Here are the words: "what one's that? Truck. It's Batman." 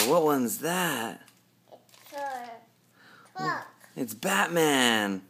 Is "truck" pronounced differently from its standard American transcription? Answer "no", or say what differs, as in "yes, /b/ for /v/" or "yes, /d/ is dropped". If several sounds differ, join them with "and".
yes, /ɹ/ is dropped